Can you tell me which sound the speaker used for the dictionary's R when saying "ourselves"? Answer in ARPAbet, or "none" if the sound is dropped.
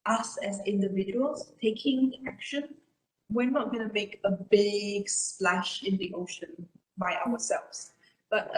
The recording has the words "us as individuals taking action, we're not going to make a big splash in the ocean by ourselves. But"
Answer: W